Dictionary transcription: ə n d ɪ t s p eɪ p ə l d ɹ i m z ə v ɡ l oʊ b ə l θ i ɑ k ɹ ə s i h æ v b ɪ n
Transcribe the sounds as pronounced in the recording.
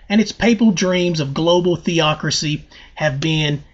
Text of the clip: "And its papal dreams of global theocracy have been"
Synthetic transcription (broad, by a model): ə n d ɪ t s p eɪ p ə l d ɹ i m z ə v ɡ l oʊ b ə l θ i ɑ k ɹ ə s i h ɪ v b ɪ n